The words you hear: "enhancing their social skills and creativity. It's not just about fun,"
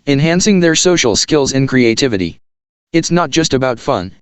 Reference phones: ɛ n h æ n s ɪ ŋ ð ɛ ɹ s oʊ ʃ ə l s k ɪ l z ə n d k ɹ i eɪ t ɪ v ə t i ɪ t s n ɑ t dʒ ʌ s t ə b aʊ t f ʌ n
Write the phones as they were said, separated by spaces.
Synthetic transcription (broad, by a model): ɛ n h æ n s ɪ ŋ ð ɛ ɹ s oʊ ʃ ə l s k ɪ l z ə n k ɹ i eɪ t ɪ v ə t i ɪ t s n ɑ t dʒ ʌ s t ə b aʊ t f ʌ n